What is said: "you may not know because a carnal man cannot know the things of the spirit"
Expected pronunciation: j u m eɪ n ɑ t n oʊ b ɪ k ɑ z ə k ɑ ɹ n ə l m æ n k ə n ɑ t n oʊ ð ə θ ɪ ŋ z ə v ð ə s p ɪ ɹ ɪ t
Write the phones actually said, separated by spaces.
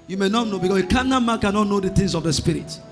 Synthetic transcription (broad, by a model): j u m eɪ n ɑ t n oʊ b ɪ k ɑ s ə k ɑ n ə m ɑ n k ə n ɑ t n oʊ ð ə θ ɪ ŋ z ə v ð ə s p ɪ ɹ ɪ t